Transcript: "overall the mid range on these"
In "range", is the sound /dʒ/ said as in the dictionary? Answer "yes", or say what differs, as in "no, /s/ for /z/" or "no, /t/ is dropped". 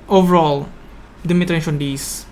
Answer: no, /ʃ/ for /dʒ/